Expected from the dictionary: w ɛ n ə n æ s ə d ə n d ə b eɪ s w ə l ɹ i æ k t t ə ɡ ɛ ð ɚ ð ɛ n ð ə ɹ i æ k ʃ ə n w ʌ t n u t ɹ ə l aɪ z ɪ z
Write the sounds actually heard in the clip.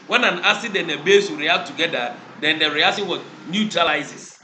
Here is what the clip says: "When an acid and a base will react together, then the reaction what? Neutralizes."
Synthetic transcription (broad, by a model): w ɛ n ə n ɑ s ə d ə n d ə b eɪ s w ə ɹ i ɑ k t t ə ɡ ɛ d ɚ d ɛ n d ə ɹ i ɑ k s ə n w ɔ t n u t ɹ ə l aɪ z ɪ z